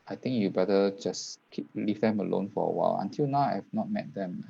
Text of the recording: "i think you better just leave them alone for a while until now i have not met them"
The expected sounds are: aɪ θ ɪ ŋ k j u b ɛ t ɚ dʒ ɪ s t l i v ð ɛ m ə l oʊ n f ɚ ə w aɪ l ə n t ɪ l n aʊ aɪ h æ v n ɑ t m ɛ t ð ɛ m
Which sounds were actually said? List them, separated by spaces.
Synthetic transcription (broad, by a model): aɪ t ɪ ŋ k j u b ɛ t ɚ dʒ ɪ s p l i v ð ɛ m ə l oʊ n f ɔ ə w aɪ l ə n t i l n aʊ aɪ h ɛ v n ɑ t m ɛ t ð ɛ m